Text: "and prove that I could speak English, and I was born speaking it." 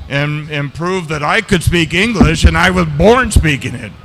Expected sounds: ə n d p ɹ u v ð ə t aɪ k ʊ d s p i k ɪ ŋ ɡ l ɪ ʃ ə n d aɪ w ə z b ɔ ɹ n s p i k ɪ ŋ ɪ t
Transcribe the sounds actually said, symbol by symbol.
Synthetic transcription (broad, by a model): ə n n p ɹ u v ð ə t aɪ k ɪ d s p i k ɪ ŋ ɡ l ɪ ʃ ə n aɪ w ə z b ɔ ɹ n s p i k ɪ ŋ ɪ t